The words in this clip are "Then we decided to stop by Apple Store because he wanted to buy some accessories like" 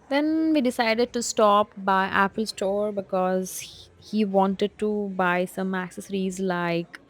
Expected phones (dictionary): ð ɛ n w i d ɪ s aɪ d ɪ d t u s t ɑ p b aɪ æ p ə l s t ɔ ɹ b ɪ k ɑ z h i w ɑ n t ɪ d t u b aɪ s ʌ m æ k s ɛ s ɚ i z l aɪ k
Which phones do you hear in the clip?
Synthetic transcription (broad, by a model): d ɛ n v i d ɪ s aɪ d ɪ d t u s t ɑ p b aɪ æ p ə l s t ɔ ɹ b ɪ k ɑ z h i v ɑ n t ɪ d t u b aɪ s ʌ m æ k s ɛ s ɚ i z l aɪ k